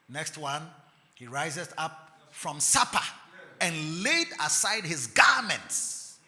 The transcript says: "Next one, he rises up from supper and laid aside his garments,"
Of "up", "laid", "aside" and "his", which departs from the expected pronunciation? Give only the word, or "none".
none